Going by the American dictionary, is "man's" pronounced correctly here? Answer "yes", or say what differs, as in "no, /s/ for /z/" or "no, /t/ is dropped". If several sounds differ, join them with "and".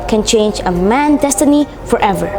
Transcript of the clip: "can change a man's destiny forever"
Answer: no, /z/ is dropped